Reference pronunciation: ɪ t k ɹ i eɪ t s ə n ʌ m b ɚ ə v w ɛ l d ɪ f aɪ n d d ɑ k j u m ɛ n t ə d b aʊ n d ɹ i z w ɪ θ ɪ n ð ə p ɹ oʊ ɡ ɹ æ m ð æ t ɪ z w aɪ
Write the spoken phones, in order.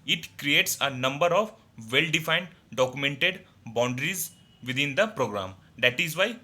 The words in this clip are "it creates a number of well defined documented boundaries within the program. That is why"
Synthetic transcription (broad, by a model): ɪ t k ɹ i eɪ t s ə n ʌ m b ɚ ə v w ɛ l d ɪ f aɪ n d d ɑ k j u m ɛ n t ə d b aʊ n d ɹ i z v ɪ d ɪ n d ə p ɹ oʊ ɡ ɹ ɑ m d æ t ɪ z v aɪ